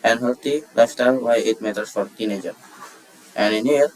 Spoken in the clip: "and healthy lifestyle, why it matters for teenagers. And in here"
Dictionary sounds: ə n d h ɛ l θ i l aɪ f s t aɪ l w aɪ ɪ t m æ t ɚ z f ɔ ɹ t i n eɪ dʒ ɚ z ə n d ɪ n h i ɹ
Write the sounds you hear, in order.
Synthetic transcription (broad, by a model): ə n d h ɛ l t i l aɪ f s t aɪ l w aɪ ɪ t m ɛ t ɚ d f ɔ ɹ t i n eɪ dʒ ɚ ə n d ɪ n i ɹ